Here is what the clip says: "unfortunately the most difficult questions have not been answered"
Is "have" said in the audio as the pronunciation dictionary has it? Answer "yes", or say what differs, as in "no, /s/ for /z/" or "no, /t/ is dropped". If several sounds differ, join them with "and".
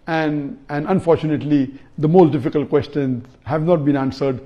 yes